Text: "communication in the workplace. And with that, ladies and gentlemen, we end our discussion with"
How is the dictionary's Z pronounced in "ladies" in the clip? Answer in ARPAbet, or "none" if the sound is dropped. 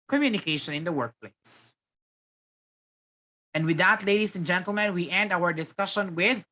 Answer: S